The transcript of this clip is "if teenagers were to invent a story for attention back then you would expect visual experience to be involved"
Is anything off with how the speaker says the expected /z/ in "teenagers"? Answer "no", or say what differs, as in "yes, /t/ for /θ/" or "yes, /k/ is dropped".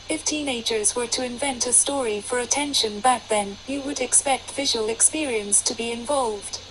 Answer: no